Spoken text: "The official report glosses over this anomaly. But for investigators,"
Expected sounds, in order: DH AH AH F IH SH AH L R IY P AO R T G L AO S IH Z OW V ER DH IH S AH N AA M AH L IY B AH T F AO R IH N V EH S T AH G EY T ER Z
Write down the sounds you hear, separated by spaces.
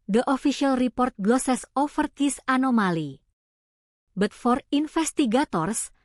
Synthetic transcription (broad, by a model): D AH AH F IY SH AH L R IY P AO R T G L AO S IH S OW F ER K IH S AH N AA M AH L IY B AH T F AO R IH N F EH S T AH G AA T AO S